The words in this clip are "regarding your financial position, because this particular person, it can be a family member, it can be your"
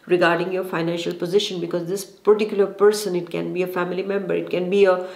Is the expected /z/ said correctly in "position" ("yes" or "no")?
yes